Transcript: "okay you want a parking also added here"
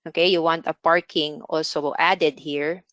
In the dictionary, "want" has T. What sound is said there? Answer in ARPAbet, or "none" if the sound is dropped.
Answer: T